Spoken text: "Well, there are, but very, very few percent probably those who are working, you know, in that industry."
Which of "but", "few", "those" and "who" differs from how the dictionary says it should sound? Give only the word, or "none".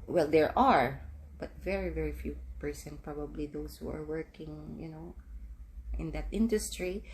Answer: those